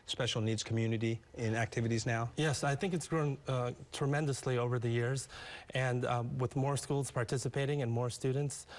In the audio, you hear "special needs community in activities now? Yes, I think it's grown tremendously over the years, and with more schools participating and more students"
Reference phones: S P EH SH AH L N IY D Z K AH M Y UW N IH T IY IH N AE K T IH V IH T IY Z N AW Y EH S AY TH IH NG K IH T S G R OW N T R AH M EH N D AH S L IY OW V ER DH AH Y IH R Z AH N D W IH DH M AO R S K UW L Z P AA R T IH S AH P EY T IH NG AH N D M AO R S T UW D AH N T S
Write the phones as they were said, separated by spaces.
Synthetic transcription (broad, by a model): S P EH SH L N IY D Z K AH M Y UW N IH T IY IH N AE K T IH V IH T IY Z N AW Y EH S AY TH IH NG K IH T S G R OW N T R AH M EH N D AH S L IY OW V ER DH AH Y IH R Z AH N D W IH DH M AO R S K UW L Z P AA R T IH S AH P EY T IH NG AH N M AO R S T UW D N T S